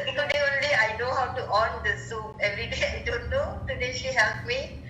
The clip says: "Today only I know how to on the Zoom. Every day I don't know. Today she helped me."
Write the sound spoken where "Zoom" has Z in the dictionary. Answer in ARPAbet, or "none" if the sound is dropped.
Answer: S